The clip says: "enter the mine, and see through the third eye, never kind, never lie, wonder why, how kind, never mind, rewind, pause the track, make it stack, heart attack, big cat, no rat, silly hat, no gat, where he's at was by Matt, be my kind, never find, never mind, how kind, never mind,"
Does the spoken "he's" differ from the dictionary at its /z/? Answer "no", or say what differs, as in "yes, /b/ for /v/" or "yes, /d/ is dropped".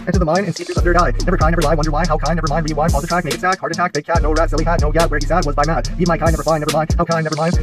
yes, /s/ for /z/